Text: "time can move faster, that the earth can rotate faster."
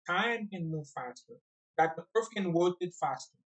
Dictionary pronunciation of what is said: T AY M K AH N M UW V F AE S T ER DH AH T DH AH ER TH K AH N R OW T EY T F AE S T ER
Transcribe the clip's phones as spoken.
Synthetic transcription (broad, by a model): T AY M K AH N M UW V F AE S T ER DH AH T DH AH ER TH K AH N W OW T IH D F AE S T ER